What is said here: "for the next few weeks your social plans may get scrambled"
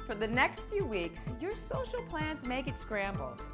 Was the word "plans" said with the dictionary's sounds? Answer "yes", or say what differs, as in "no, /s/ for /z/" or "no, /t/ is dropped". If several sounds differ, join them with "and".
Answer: yes